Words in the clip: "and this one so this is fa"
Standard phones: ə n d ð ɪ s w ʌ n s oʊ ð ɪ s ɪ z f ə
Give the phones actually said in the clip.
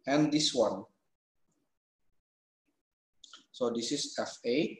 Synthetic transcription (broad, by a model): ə n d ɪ s w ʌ n s oʊ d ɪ s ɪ s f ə